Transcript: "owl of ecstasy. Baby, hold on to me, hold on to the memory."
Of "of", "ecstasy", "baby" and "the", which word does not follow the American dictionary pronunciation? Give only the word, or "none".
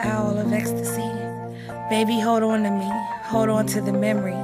none